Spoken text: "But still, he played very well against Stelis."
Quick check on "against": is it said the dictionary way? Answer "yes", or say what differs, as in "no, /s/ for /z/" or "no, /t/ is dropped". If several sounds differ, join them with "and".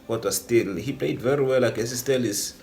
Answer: no, /n/ is dropped